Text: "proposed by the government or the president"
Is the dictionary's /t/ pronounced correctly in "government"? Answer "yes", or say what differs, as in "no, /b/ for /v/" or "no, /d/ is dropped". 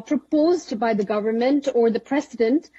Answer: yes